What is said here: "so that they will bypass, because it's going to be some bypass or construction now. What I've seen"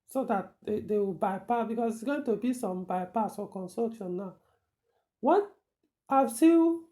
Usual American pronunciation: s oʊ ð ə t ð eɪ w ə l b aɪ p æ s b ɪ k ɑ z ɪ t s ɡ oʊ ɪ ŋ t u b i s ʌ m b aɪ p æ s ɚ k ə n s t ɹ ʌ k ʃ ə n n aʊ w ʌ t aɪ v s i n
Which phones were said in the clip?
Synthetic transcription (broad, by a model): s oʊ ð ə t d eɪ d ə w b aɪ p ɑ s b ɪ k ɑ s ɪ t s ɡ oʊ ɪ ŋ t u b i s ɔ m b aɪ p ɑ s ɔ k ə n s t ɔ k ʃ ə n n aʊ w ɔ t aɪ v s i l